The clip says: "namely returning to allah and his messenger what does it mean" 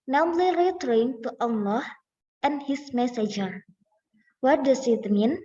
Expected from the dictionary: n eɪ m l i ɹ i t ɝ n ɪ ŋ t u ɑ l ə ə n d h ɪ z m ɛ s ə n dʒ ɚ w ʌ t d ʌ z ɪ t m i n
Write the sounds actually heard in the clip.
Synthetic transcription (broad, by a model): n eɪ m l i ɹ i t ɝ ɪ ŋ t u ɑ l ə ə n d h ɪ s m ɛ s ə dʒ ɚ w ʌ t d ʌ s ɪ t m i n